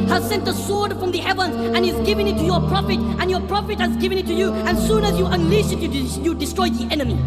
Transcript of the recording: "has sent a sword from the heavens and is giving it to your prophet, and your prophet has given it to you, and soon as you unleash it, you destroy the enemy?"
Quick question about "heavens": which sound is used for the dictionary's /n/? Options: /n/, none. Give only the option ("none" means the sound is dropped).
/n/